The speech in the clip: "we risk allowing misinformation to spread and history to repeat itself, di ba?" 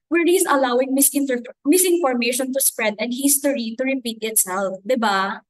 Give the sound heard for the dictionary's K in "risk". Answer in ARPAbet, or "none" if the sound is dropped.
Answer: none